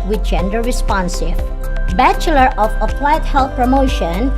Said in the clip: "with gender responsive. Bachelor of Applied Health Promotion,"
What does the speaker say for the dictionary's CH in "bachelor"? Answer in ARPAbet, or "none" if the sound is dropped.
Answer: CH